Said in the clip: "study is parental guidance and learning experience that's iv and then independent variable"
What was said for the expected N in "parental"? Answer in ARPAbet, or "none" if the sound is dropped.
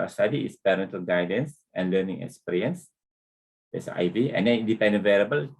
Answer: N